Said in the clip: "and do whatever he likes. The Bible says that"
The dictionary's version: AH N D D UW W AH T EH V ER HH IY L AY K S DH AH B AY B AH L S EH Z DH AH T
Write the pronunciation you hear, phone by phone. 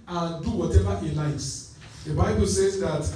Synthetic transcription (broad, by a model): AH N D D UW W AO T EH V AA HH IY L AY S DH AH B AY B AH L S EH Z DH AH T